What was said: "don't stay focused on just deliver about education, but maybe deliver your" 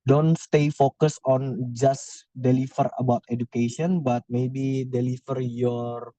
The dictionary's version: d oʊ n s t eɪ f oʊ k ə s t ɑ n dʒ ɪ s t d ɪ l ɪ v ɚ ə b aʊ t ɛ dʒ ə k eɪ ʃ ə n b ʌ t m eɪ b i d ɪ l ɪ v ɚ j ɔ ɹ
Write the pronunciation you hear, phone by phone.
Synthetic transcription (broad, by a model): d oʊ n s t eɪ f oʊ k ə s ɑ n dʒ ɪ s d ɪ l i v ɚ ə b aʊ t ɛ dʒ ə k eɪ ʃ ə n b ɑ t m eɪ b i d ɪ l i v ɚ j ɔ ɹ